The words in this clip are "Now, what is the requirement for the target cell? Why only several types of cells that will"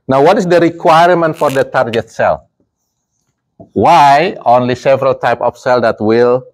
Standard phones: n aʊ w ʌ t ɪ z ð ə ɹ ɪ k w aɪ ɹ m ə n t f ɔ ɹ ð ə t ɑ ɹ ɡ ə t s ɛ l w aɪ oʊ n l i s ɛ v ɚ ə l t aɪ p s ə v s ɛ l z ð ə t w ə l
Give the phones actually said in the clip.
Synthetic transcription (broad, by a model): n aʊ w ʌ t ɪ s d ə ɹ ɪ k w aɪ ɹ m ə n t f ɔ ɹ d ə t ɑ ɹ ɡ ə t s ɛ l w aɪ oʊ n l i s ɛ v ɚ ə l t aɪ p ə f s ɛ l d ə t w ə l